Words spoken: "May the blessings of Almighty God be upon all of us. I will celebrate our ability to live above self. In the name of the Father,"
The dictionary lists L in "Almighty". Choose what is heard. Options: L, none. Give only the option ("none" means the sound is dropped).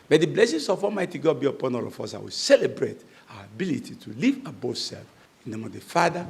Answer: none